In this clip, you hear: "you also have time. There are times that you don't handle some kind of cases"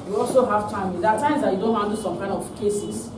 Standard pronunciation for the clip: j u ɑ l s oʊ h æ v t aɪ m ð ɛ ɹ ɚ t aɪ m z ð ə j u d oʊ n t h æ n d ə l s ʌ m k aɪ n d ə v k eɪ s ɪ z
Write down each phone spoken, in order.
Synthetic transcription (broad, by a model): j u ɑ l s oʊ h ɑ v t aɪ m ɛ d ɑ t aɪ m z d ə j u d oʊ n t h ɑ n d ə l s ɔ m k aɪ n d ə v k eɪ s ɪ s